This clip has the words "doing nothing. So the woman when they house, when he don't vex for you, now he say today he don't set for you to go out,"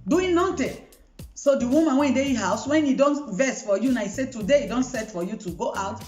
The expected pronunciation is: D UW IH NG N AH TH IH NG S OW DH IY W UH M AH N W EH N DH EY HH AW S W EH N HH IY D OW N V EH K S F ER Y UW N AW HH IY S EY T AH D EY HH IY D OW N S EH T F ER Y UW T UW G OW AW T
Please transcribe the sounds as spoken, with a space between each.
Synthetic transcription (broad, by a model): D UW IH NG N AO T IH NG S OW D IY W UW M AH N W EH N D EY HH AW S W EH N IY D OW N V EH S F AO Y UW N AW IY S EY T AH D EY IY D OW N S EH T F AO Y UW T UW G OW AW T